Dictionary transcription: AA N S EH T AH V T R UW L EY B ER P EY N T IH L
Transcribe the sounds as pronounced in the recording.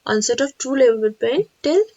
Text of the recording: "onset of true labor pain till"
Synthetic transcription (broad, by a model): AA N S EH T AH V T UW L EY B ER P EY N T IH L